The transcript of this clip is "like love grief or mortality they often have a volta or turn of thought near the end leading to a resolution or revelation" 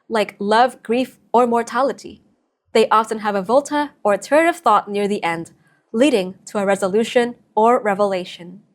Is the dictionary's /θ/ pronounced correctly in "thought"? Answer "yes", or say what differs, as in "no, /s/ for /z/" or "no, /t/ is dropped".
yes